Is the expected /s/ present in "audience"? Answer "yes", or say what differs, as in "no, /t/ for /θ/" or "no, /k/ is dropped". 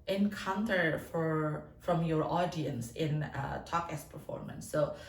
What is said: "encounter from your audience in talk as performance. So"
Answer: yes